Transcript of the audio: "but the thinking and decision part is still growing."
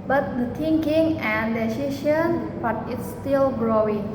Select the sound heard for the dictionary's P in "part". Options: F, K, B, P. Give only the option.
B